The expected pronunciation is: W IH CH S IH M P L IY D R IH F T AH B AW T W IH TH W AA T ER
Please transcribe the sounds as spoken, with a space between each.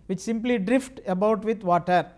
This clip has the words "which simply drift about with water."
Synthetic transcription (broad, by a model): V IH CH S IH M P L IY D R IH F T AH B AW T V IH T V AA T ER